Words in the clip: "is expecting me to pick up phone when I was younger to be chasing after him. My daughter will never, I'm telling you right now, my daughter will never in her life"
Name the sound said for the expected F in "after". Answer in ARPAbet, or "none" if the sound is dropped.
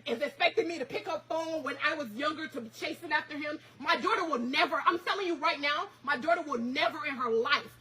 F